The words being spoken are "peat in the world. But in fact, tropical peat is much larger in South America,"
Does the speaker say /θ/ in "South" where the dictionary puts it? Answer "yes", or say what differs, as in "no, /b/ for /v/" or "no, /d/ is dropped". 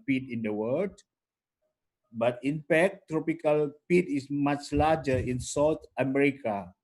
no, /t/ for /θ/